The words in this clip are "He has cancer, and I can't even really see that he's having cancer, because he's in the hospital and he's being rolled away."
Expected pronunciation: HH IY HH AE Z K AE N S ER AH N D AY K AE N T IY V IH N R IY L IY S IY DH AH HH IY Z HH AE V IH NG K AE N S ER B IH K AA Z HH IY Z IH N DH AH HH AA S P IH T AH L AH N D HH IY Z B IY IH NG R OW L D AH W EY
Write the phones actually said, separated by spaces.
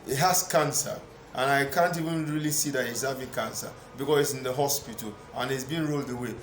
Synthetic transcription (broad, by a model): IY HH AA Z K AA N S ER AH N AY K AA N T IY V IH N R IY L IY S IY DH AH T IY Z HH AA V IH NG K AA N S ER B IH K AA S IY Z IH N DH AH HH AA S P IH T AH L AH N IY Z B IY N R OW L D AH W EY